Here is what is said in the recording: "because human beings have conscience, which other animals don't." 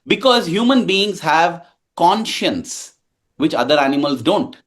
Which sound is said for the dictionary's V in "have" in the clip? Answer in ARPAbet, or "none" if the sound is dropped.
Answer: V